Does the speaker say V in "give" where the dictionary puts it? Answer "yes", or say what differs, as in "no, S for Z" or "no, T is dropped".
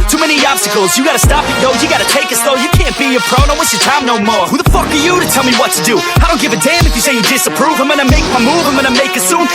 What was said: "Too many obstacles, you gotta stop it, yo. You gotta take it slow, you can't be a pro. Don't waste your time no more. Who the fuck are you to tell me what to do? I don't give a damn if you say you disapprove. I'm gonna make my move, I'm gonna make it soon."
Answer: yes